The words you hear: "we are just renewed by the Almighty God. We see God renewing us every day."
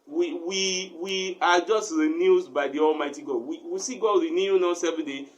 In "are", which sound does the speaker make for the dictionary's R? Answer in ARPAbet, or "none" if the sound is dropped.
W